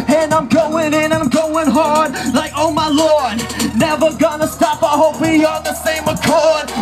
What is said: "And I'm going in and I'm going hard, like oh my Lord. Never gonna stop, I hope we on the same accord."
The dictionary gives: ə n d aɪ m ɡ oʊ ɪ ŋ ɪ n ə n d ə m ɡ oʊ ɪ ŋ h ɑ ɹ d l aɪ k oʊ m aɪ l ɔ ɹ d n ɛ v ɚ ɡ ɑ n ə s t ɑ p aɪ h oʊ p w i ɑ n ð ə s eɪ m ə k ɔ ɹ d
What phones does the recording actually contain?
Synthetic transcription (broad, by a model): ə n aɪ m ɡ oʊ ɪ ŋ ɪ n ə ə m ɡ oʊ ɪ ŋ h ɑ ɹ d l aɪ k oʊ m aɪ l ɔ ɹ d n ɛ v ɚ ɡ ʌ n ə s t ɑ p aɪ h oʊ p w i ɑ l ð ə s eɪ m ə k ɔ ɹ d